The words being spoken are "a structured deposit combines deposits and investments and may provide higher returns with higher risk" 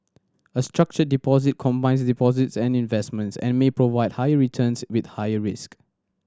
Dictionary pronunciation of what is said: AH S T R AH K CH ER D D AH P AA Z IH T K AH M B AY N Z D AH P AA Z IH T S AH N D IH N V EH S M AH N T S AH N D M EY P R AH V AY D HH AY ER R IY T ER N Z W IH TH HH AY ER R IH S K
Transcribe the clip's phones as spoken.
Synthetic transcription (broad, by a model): AH S T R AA K CH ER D D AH P AA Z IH T K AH M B AY N S D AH P AA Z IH T S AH N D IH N V EH S M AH N T S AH N M EY P R AH V AY D HH AY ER R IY T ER N S W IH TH HH AY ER R IH S K